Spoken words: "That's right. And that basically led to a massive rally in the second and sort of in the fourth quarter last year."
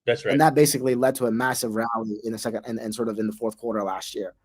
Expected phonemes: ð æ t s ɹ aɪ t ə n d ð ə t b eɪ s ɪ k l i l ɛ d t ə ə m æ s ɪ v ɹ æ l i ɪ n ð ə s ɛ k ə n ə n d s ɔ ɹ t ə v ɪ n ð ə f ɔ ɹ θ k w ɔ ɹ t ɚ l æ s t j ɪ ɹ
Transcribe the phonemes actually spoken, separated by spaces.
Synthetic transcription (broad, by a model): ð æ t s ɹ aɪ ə n ð ə t b eɪ s ɪ k l i l ɛ d t ə ə m æ s ɪ v ɹ æ l i ɪ n ð ə s ɛ k ə n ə n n s ɔ ɹ t ə v ɪ n ð ə f ɔ ɹ θ k w ɔ ɹ t ɚ l æ s t j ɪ ɹ